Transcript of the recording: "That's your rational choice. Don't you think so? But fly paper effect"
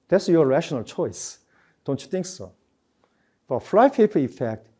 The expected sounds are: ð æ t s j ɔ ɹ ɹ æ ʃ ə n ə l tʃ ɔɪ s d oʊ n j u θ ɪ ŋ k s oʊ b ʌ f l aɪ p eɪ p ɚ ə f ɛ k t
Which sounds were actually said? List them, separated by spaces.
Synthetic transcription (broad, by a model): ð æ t s j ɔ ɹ ɹ æ ʃ ə n ə l tʃ ɔɪ s d oʊ n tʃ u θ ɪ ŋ k s oʊ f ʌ f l aɪ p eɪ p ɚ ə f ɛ k t